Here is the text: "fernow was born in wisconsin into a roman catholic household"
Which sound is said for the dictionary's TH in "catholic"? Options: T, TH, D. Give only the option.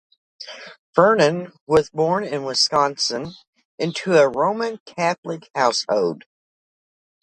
TH